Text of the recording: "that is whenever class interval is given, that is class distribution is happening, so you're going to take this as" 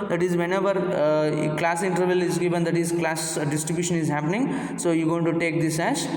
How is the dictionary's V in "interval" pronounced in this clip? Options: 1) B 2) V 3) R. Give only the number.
2